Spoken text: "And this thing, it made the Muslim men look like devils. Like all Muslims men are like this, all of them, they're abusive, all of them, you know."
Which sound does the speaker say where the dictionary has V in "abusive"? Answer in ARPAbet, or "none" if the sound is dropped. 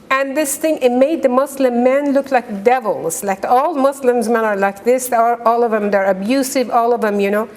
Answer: V